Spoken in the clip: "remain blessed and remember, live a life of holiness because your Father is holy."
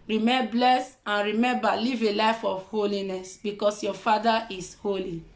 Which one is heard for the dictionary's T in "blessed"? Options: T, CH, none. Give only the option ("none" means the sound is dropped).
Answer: none